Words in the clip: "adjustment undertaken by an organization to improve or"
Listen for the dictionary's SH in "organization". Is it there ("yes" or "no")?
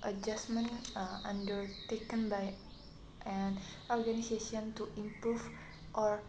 no